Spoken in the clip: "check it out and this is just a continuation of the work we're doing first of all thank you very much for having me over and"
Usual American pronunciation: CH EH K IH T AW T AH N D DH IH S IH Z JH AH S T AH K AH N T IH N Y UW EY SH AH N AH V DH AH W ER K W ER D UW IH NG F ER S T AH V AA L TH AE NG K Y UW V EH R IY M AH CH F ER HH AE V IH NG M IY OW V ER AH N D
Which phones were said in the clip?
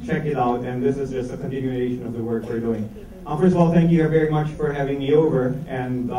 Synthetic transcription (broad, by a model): CH EH K IH T AW T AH N DH IH S IH Z JH AH S T AH K AH N T IH N Y UW EY SH AH N AH V DH AH W ER K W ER D UW IH NG F ER S T AH V AA L TH AE NG K Y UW V EH R IY M AH CH F ER HH AE V IH NG M IY OW V ER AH N